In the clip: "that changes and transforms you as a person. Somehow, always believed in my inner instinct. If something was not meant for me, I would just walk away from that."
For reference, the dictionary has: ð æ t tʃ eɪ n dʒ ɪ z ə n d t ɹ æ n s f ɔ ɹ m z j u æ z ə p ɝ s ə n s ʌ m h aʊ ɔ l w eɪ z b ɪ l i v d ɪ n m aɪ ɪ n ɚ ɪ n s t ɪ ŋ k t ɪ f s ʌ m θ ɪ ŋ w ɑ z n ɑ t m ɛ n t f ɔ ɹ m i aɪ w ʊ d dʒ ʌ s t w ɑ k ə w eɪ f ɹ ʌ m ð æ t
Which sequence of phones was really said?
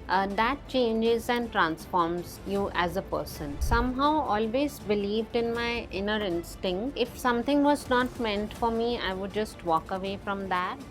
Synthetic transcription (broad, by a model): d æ t tʃ eɪ n dʒ ɪ z ə n d t ɹ æ n s f ɔ ɹ m z j u æ z ə p ɝ s ə n s ʌ m h aʊ ɔ l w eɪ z b ɪ l i v d ɪ n m aɪ ɪ n ɚ ɪ n s t ɪ ŋ k t ɪ f s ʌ m t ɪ ŋ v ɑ z n ɑ t m ɛ n t f ɔ ɹ m i aɪ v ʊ d dʒ ʌ s t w ɑ k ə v eɪ f ɹ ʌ m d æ t